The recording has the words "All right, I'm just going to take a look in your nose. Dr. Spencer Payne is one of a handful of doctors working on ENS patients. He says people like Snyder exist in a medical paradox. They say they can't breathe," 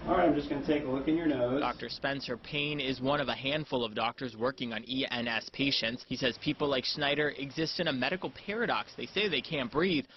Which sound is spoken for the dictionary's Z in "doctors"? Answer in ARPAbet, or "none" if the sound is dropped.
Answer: Z